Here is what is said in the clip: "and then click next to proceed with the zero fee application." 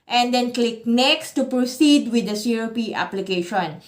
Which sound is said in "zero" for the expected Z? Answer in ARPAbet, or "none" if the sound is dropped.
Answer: S